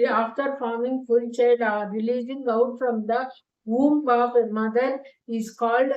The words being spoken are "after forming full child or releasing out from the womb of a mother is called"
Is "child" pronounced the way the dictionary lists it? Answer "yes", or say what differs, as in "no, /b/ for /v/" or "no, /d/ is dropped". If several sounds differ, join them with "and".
no, /l/ is dropped